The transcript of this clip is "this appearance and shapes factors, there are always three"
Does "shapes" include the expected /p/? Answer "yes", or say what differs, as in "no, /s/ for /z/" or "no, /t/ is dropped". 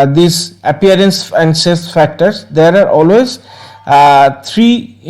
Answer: no, /p/ is dropped